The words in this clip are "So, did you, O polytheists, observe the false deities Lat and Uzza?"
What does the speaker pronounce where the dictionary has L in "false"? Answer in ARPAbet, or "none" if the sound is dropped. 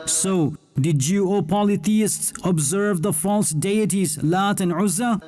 L